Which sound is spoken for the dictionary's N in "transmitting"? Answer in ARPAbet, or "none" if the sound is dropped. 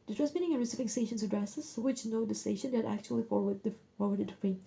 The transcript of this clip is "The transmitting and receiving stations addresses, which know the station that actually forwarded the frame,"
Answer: none